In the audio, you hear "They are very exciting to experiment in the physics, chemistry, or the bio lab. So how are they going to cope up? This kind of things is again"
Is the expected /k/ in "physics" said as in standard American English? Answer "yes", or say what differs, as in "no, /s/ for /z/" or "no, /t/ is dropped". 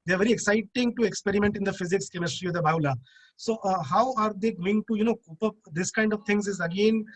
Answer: yes